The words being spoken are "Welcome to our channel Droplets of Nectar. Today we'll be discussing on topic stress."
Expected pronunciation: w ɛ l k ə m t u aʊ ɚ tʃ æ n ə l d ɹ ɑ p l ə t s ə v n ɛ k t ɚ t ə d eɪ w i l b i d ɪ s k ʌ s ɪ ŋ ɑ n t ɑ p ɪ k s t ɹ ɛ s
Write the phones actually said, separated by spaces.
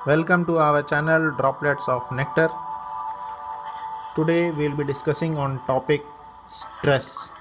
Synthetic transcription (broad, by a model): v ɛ l k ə m t u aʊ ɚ tʃ æ n ə l d ɹ ɑ p l ə t s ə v n ɛ k t ɚ t ə d eɪ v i l b i d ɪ s k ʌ s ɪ ŋ ɑ n t ɑ p ɪ k s t ɹ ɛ s